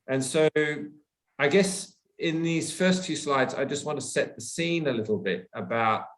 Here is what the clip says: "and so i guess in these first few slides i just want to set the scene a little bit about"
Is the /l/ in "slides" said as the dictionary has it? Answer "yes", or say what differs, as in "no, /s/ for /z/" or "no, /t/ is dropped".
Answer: yes